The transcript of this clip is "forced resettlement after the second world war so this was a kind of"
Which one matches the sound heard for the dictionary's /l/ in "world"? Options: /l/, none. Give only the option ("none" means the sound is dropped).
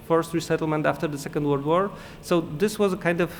none